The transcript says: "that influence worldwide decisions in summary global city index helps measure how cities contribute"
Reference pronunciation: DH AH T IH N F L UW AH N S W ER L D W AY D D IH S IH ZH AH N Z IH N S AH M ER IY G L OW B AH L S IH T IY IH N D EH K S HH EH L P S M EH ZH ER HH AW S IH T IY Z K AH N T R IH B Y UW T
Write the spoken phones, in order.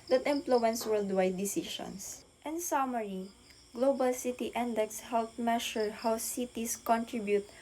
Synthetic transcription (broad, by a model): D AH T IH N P L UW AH N S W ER L D W AY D D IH S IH SH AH N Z IH N S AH M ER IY G L OW B AH L S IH T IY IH N D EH K S HH EH L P M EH SH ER HH AW S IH T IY S K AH N T R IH B Y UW T